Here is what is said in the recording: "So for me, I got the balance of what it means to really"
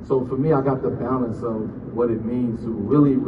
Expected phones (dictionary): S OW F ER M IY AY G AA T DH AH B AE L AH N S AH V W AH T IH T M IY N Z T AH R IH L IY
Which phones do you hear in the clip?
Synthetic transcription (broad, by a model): S OW F ER M IY AY G AA T DH AH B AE AH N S AH V W AH T IH T M IY N Z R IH L IY